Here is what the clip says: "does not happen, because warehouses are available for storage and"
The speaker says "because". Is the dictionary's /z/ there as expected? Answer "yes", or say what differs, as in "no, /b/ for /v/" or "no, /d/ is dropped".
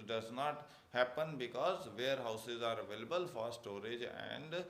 yes